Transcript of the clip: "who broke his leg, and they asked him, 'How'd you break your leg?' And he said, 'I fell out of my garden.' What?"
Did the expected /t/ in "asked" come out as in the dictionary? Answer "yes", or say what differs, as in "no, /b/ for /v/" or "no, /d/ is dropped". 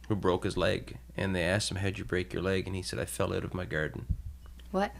yes